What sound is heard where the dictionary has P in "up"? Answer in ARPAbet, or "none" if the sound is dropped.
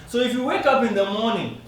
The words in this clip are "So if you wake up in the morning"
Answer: P